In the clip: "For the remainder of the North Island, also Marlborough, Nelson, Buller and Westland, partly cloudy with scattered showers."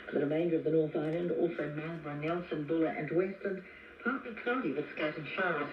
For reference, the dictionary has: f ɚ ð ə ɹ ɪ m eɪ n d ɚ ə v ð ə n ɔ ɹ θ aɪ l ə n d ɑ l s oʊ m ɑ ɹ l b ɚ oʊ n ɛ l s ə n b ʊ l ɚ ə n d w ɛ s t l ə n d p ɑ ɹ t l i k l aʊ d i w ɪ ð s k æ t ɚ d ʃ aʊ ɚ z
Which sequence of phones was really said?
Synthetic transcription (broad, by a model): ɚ ð ə ɹ ɪ m eɪ n d ɚ ə v ð ə n ɔ ɹ θ aɪ l ə n d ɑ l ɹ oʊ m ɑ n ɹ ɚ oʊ n ɛ l s ə n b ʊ l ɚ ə n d w ɛ s t l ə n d p ɑ ɹ t l i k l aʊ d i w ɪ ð s k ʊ t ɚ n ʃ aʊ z